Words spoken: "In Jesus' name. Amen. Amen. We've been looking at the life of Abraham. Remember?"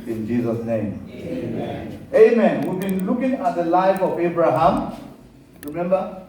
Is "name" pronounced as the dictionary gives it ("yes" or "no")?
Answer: no